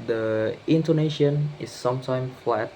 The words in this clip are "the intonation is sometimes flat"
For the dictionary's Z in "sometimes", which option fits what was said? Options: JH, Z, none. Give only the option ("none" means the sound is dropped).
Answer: none